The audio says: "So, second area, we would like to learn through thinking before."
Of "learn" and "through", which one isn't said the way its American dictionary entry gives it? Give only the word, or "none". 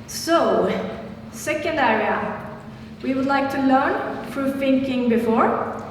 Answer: through